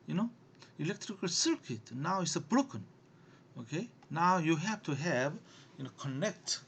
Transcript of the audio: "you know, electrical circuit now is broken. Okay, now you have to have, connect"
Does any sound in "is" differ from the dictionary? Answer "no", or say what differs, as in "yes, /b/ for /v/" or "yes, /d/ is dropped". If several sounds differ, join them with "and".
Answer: yes, /s/ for /z/